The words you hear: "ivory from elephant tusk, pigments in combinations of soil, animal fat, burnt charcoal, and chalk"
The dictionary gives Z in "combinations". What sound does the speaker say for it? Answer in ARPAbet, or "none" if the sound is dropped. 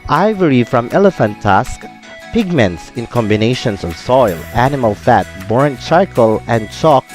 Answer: S